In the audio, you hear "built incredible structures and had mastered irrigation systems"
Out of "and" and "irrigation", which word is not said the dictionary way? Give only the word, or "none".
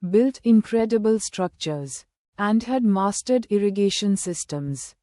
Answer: none